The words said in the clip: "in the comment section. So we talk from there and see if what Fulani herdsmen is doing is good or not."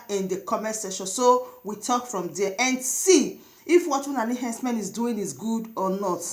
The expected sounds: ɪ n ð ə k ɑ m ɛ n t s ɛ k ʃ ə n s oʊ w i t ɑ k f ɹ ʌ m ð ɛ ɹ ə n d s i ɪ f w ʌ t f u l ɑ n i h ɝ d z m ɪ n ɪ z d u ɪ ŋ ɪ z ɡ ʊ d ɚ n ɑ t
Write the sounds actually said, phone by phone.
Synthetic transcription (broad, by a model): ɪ n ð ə k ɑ m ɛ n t s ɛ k ʃ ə n s oʊ w i t ɑ k f ɹ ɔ m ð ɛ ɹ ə n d s i ɪ f w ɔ t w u n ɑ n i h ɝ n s m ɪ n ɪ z d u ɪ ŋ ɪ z ɡ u d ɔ n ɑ t